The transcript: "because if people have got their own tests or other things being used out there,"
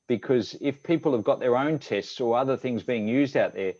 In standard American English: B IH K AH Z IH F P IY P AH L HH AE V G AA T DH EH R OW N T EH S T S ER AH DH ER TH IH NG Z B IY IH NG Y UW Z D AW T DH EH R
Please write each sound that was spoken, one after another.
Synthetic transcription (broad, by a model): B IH K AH Z IH F P IY P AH L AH V G AA T DH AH R OW N T EH S T S ER AH DH ER TH IH NG Z B IY IH NG Y UW Z D AW T DH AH R